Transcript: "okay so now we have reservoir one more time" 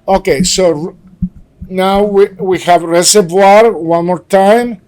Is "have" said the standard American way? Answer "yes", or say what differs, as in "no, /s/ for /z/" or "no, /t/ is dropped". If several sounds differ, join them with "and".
yes